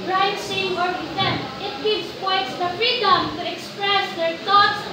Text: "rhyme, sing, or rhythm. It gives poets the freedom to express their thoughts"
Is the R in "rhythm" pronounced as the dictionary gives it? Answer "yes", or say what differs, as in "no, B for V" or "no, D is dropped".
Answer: no, W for R